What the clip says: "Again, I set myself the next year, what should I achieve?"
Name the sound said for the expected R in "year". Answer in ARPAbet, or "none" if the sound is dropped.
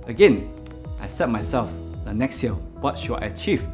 L